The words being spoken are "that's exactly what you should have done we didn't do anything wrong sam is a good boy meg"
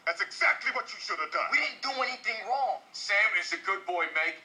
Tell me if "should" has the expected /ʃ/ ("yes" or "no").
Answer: yes